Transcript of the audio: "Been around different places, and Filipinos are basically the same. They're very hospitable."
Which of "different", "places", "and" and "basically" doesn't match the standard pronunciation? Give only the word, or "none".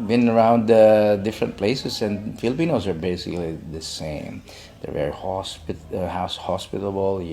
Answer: places